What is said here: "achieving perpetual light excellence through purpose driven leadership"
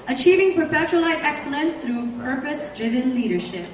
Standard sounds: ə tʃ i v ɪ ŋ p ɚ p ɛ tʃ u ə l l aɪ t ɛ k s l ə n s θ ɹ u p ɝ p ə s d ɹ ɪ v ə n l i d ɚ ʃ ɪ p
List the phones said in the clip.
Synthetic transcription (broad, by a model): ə tʃ i v ɪ ŋ p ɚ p ɛ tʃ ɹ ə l l aɪ t ɛ k s l ə n s θ ɹ u p ɝ p ə s d ɹ ɪ v ə n l i d ɚ ʃ ɪ p